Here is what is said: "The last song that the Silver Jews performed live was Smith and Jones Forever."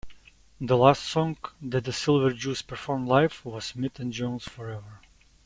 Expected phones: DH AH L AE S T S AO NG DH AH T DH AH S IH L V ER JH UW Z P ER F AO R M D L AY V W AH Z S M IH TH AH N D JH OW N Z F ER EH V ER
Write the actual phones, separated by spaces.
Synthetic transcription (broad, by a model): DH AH L AE S T S AO NG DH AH T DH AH S IH L V ER JH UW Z P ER F AO R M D L AY F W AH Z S M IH T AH N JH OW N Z F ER EH V ER